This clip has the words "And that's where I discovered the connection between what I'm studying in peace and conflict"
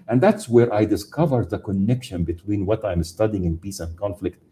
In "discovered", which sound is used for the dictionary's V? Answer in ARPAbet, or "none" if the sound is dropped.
V